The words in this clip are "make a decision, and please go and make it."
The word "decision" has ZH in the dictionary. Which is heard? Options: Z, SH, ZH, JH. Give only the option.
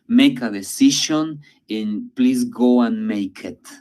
SH